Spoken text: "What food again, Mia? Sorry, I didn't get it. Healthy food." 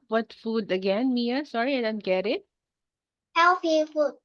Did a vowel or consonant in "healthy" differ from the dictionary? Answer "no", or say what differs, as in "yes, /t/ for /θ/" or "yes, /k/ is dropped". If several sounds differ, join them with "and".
yes, /f/ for /θ/